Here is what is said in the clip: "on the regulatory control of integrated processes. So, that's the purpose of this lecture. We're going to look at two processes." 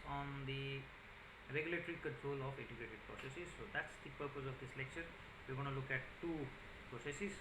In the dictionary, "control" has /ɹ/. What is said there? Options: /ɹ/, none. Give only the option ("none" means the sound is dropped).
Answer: /ɹ/